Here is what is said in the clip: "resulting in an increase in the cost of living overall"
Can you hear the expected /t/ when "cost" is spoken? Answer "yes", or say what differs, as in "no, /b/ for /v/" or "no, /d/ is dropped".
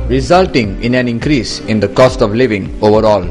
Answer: yes